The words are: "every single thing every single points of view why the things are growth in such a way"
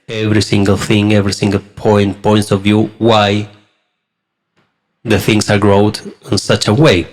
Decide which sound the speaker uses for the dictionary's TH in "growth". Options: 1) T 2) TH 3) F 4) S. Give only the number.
1